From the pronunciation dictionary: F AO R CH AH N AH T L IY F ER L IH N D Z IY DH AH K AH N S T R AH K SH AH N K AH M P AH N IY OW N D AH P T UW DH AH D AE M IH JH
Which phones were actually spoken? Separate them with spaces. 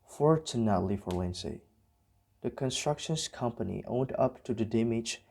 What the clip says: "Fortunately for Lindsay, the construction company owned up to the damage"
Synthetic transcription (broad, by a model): F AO R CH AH N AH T L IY F ER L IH N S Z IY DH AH K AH N S T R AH K SH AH N K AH M P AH N IY OW N D AH P T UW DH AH D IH M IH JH